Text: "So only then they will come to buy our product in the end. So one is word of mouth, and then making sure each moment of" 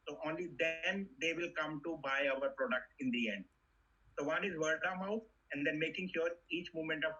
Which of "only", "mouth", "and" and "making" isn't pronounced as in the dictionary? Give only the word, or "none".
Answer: mouth